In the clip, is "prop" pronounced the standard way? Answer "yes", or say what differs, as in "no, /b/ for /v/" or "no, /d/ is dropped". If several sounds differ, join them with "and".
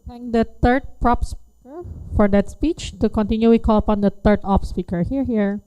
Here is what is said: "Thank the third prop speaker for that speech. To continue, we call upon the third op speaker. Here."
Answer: yes